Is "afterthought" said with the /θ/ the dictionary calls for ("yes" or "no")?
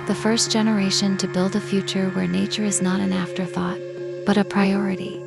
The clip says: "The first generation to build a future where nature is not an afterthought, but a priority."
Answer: yes